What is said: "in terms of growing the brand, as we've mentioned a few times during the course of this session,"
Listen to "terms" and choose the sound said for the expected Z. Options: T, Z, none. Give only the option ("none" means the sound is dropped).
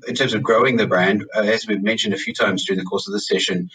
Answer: Z